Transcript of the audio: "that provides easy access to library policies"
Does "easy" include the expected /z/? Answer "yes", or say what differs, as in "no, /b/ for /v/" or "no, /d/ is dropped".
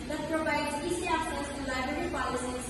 no, /s/ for /z/